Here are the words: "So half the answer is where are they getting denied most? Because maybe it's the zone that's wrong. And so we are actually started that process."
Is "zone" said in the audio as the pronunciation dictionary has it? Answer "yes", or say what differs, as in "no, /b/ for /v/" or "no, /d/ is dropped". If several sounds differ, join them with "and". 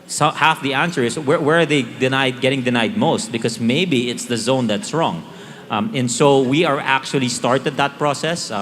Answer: yes